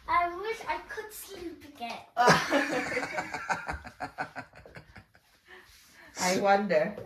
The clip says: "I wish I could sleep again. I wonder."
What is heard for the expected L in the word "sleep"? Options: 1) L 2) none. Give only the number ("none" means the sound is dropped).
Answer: 2